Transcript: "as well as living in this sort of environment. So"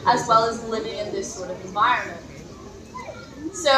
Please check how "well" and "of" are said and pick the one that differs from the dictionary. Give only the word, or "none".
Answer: none